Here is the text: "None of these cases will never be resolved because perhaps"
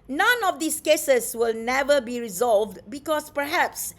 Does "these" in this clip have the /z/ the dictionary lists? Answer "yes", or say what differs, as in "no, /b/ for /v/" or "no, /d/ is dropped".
no, /s/ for /z/